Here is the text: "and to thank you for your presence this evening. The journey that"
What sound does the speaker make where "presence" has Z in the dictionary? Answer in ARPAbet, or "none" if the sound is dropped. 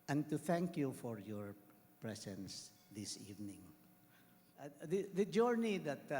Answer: S